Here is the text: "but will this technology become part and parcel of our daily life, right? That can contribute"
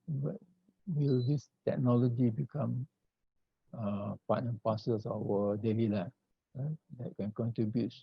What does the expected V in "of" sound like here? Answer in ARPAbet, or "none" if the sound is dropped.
W